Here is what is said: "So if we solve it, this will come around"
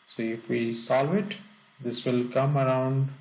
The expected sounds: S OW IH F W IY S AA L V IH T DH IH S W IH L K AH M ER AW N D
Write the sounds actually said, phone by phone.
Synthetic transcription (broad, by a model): S OW IH F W IY S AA V IH T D IH S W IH L K AH M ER AW N D